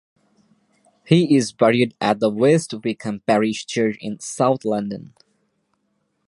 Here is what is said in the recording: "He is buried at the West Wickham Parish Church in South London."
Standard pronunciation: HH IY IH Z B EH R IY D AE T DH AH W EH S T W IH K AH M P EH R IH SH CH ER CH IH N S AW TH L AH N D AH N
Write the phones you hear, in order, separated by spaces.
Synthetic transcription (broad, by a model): HH IY IH Z B EH R IY D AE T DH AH W EH S T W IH K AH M P EH R IH SH CH ER CH IH N S AW TH L AH N D AH N